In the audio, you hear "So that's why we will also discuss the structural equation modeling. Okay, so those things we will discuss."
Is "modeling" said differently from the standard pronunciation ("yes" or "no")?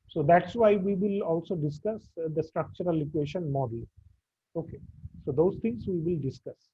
yes